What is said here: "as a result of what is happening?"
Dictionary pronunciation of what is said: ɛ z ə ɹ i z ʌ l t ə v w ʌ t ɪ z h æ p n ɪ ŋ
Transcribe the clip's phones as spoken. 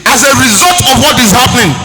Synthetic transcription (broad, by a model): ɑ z ə ɹ i z ʌ l t ə v w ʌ t ɪ z h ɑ p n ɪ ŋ